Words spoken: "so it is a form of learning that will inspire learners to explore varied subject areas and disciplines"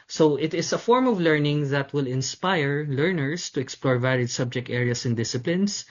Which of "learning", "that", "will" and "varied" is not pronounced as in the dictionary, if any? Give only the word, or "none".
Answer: varied